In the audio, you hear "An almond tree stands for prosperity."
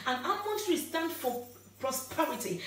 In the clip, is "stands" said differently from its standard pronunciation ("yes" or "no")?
yes